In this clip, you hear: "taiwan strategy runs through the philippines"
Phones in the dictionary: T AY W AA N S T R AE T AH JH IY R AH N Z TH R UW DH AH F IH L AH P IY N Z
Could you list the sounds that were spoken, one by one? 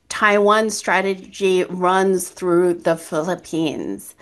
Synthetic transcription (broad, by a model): T AY W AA N S T R AE T AH JH IY R AH N Z TH R UW DH AH F IH L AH P IY N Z